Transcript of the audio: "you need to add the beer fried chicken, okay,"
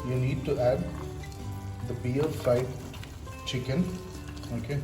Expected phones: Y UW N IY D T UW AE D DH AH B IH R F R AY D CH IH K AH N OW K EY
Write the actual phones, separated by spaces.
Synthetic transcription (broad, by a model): Y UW N IY D T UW AE D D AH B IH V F AY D CH IH K AH N OW K EY